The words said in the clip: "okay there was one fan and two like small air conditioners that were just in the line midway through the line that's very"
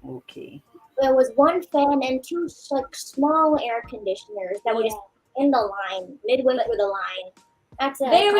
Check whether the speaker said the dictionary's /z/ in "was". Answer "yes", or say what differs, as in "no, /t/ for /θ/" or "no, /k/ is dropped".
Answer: yes